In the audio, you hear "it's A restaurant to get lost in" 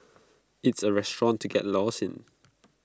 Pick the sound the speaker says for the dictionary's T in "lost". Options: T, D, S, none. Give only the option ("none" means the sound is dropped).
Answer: none